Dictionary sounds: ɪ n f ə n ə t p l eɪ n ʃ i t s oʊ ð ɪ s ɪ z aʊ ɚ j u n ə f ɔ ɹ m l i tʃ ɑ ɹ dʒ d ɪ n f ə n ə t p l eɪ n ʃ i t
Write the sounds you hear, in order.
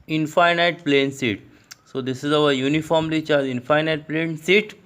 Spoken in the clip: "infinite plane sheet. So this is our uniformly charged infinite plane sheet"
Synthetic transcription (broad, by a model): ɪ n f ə n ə t p l eɪ n s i t s oʊ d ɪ s ɪ z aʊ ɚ j u n ə f ɔ ɹ m l i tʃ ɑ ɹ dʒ ɪ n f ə n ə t p l eɪ n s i t